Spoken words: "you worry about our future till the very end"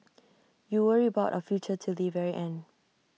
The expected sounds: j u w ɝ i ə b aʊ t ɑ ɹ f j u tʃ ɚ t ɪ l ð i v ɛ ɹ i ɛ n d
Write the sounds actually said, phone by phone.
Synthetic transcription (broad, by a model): j u w ɝ i ə b aʊ t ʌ f j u tʃ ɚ t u l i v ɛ ɹ i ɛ n